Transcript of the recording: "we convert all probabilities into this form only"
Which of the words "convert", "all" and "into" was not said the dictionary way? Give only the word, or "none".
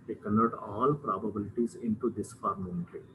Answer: convert